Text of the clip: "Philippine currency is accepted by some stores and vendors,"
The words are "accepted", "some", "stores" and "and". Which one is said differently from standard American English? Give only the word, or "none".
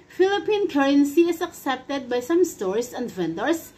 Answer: stores